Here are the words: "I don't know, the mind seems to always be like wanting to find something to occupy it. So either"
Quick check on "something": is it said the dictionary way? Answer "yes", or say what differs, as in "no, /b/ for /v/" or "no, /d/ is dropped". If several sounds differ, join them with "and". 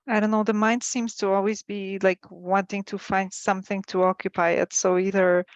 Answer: yes